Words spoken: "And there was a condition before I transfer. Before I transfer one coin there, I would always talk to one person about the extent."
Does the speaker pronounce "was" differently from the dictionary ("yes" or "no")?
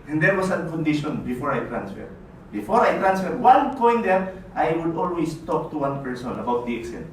yes